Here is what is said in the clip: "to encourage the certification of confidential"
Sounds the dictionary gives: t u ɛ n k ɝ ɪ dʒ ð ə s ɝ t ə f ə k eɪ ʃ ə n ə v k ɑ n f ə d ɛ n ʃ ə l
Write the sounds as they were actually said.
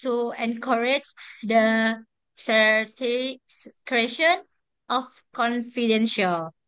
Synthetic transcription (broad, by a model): t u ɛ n k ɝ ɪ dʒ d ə s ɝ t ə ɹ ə eɪ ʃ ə n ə f k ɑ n f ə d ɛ n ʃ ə l